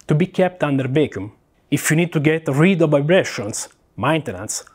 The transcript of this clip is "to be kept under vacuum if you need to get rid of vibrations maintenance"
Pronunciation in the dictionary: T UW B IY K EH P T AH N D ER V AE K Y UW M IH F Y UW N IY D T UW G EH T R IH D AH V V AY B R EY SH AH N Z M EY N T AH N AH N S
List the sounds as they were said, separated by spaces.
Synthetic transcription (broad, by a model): T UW B IY K EH P T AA N D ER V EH K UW M IH F Y UW N IY D T UW G EH T R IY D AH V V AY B R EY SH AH N S M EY N T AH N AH N S